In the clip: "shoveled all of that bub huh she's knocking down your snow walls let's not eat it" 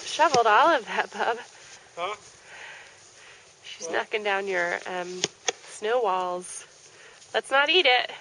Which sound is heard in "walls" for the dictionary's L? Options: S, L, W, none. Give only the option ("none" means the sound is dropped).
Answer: L